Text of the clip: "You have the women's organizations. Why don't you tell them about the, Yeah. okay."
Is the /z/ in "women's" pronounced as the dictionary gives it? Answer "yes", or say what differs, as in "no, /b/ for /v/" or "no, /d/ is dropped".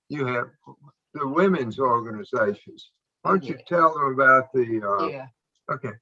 yes